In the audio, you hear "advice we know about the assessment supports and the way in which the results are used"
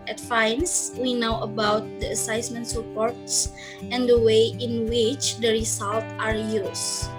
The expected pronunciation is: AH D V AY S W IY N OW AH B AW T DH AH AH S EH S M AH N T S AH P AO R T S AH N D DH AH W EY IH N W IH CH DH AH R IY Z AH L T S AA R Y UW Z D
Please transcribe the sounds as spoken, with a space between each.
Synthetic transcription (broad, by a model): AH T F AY S W IY N OW AH B AW T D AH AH S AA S M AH N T S AH P AO R T S AH N D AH W EY IH N W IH CH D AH R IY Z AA L T AA R Y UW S